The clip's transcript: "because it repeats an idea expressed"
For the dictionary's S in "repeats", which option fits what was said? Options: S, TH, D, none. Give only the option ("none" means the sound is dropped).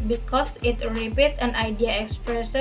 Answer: none